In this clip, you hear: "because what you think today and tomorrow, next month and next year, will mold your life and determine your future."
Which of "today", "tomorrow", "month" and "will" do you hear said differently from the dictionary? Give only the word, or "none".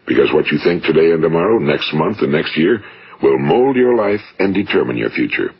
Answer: none